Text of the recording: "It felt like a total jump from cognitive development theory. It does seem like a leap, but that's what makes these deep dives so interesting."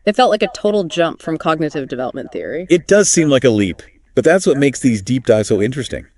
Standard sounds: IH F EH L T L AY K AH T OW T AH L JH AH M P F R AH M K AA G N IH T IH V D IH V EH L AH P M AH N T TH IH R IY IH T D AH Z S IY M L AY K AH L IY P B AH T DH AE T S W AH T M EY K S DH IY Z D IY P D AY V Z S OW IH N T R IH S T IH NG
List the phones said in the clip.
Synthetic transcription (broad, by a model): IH F EH L T L AY K AH T OW T L JH AH M P F R AH M K AA G N IH T IH V D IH V EH L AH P M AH N TH IH R IY IH T D AH Z S IY M L AY K AH L IY P B AH T DH AE T S W AH T M EY K S DH IY Z D IY P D AY Z S OW IH N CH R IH S T IH NG